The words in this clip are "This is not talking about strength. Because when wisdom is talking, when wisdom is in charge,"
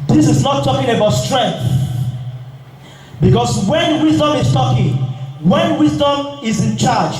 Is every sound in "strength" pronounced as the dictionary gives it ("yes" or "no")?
yes